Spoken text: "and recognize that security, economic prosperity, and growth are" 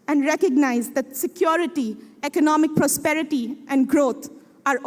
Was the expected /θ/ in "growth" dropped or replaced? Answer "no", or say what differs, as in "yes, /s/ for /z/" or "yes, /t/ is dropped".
yes, /t/ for /θ/